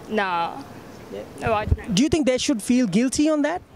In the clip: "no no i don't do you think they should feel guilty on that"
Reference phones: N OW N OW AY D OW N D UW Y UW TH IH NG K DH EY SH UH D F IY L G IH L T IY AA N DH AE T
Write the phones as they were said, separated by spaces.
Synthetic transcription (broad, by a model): N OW N OW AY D D UW Y UW T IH NG K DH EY SH UH D F IY L G IH L T IY AA N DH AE T